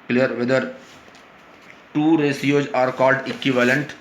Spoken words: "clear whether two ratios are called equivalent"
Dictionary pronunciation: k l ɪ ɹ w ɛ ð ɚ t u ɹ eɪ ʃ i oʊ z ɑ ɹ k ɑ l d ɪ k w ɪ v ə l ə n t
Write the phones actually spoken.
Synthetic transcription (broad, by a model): k l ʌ ɹ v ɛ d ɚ t u ɹ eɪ s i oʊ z ɑ ɹ k ɑ l d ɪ k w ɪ v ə l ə n t